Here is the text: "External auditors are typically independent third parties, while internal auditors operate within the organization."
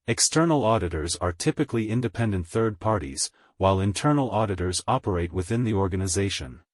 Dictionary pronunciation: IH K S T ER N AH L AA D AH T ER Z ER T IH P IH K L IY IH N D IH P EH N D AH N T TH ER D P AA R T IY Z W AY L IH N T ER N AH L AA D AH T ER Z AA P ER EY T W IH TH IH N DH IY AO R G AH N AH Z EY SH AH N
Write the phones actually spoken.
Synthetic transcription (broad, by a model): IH K S T ER N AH L AA D AH T ER Z ER T IH P IH K L IY IH N D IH P EH N D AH N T TH ER D P AA R T IY Z W AY L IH N T ER N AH L AA D AH T ER Z AA P ER EY T W IH TH IH N DH IY AO R G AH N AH Z EY SH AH N